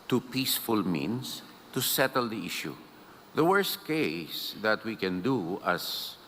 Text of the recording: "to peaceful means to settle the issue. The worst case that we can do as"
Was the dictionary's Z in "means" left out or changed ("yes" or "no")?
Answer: yes